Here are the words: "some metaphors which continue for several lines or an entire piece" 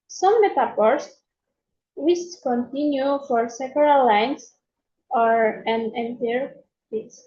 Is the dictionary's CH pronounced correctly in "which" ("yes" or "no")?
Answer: no